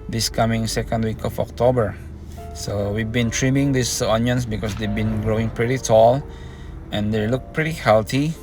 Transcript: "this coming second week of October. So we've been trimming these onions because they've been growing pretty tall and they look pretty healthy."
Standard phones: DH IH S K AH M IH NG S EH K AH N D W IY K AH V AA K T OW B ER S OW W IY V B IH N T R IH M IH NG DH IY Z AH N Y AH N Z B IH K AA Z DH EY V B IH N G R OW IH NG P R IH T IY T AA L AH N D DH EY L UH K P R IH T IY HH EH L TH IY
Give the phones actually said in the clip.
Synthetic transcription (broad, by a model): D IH S K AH M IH NG S EH K AH N D W IY K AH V AA K T OW B ER S OW W IY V B IH N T R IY M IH NG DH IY S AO N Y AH N S B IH K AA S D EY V B IH N G R OW IH NG P R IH T IY T AA L AH N D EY L UH K P R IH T IY HH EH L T IY